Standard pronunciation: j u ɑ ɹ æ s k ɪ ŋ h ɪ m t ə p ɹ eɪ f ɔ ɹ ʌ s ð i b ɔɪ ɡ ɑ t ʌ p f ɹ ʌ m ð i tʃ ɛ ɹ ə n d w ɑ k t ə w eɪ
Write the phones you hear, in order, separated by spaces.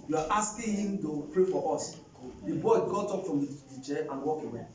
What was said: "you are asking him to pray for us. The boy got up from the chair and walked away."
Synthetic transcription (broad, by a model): j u ɑ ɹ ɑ s k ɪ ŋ h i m t ə p ɹ eɪ f ɔ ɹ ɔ s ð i b ɔɪ ɡ ɑ t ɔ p f ɹ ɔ m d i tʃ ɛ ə n w ɑ k ə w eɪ